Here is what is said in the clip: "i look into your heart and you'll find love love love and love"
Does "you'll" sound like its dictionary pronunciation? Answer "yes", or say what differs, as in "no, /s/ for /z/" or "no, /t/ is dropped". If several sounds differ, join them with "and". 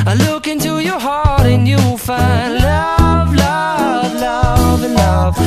no, /w/ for /l/